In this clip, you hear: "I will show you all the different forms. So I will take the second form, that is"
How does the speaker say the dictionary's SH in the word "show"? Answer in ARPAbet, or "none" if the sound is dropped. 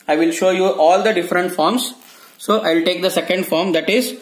SH